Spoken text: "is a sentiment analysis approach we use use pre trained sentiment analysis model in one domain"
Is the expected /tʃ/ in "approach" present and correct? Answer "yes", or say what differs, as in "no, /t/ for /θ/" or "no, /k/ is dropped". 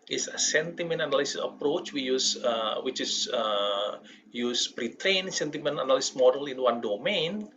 yes